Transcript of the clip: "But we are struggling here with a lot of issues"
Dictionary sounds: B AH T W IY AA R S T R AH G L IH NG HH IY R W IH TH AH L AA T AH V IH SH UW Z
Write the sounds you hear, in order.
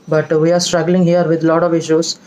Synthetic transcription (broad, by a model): B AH T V IY AA R S T R AH G L IH NG HH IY R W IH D L AA T AH V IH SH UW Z